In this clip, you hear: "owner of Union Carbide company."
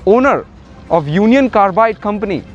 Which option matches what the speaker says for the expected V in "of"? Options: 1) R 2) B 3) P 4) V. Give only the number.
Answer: 3